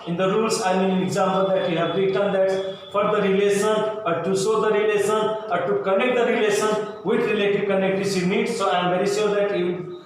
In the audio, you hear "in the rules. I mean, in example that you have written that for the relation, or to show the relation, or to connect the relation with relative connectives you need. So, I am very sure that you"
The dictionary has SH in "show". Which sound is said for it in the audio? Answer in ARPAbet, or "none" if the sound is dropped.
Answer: S